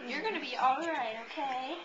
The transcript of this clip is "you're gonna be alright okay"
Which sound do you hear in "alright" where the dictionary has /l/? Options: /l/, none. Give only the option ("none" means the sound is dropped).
/l/